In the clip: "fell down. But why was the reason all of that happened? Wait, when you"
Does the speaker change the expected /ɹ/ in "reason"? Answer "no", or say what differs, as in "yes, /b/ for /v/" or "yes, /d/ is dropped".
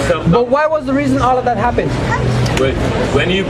no